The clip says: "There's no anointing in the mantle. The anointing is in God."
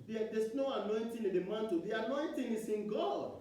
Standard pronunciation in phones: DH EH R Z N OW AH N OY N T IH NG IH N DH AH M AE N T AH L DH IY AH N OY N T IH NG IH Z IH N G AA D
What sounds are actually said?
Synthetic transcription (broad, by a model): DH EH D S N OW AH N OY N T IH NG IH N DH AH M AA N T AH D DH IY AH N OY N T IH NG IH S IH N G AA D